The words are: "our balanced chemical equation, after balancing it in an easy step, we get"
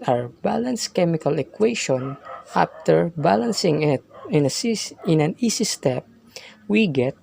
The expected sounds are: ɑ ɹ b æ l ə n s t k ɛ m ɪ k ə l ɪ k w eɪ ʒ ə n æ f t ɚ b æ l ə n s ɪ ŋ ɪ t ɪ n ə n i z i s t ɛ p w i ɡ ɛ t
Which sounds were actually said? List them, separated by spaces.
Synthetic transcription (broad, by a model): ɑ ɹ b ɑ l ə n s k ɛ m ɪ k ə l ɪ k w eɪ ʃ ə n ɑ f t ɚ b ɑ l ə n s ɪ ŋ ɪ t ɪ n ə n i s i s t ɛ p w i ɡ ɛ t